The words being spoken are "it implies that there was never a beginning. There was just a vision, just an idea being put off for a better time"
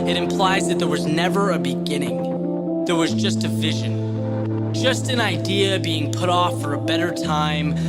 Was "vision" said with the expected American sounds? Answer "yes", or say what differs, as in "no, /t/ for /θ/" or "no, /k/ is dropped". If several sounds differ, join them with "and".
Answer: yes